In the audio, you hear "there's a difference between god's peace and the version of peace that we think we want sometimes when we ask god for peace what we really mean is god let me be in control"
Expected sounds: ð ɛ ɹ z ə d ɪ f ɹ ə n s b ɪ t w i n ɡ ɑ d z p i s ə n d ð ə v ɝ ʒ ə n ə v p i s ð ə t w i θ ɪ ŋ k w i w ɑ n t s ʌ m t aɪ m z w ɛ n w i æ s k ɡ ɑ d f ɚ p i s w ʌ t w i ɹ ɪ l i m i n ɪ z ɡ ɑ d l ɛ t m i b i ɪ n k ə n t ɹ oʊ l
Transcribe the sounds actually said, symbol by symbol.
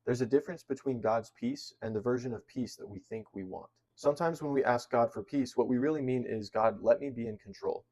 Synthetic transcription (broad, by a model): ð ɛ ɹ z ə d ɪ f ɹ ə n s b ɪ t w i n ɡ ɑ d z p i s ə n ð ə v ɝ ʒ ə n ə v p i s ð ə t w i θ ɪ ŋ k w i w ɑ n t s ʌ m t aɪ m z w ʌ n w i æ s k ɡ ɑ d f ɚ p i s w ʌ t w i ɹ ɪ l i m i n ɪ z ɡ ɑ d l ɛ t m i b i ɪ n k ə n t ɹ oʊ l